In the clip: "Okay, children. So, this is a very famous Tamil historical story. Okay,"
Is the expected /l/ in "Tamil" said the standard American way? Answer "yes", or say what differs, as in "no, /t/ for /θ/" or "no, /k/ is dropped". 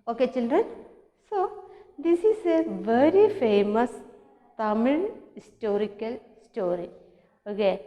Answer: no, /n/ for /l/